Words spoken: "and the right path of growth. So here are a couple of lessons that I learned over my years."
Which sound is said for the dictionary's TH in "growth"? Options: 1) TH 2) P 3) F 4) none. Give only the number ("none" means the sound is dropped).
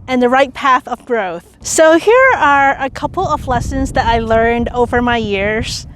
1